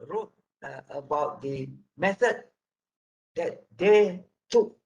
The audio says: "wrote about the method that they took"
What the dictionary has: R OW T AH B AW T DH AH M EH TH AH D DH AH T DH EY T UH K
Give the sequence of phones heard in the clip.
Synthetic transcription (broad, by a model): R OW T AH B AW T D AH M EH S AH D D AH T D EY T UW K